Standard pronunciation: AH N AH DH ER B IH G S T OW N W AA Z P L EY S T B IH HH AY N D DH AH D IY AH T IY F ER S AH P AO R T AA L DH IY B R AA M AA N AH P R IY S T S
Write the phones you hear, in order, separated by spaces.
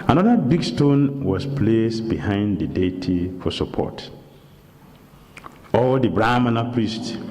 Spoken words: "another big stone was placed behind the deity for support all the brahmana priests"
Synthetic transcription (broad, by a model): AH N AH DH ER B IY G S T OW N W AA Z P L EY S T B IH HH AY N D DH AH D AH T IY F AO S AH P AO T AA L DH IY B R AA M AA N AH P R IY S T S